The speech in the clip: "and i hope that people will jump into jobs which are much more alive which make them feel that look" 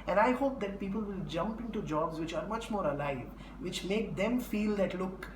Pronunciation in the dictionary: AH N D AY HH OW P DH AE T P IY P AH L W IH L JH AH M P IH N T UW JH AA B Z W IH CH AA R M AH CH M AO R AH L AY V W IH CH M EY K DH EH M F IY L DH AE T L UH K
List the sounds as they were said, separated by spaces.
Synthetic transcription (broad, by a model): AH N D AY HH OW P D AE T P IY P AH L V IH L JH AH M P IH N T UW JH AA B Z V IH CH AA R M AH CH M AO R AH L AY V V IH CH M EY K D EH M F IY L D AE T L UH K